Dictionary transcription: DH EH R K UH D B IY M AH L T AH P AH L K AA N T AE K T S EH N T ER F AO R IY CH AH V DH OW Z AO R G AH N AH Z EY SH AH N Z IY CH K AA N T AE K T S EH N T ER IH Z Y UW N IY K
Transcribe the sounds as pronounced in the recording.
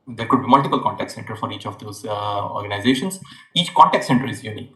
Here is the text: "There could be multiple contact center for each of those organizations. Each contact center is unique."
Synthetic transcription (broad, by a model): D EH R K UH D B IY M AH L T AH P AH L K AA N T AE K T S EH N T ER F AO R IY CH AH V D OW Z AO R G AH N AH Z EY SH AH N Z IY CH K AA N T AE K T S EH N T ER IH Z Y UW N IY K